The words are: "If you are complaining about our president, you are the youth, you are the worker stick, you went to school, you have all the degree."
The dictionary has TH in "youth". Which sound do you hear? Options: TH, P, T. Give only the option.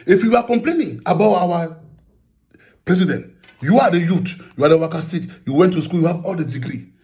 T